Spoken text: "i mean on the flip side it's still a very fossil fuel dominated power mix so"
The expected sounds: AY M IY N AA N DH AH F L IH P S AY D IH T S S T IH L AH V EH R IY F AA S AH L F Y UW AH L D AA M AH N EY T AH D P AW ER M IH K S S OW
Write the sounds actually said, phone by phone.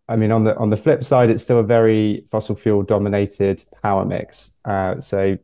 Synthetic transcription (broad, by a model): AY M IY N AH N DH AH F L IH P S AY D IH T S S T IH L AH V EH R IY F AA S AH L F Y UW L D AA M AH N EY T AH D P AW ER M IH K S S OW